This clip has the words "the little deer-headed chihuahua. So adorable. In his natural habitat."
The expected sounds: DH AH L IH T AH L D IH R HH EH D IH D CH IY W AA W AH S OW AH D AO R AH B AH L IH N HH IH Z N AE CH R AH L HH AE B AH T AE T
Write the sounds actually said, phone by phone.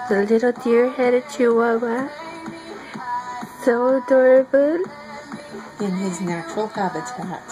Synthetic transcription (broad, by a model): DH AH L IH T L D IH R HH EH D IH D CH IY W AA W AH S OW AH D AO R AH B AH L IH N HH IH Z N AE CH R AH L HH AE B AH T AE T